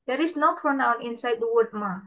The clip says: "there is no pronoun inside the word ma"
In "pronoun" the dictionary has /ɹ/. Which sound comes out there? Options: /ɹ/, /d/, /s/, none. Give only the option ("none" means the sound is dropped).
/ɹ/